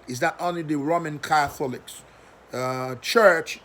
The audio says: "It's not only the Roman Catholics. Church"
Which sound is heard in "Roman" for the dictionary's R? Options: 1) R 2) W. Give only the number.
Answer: 1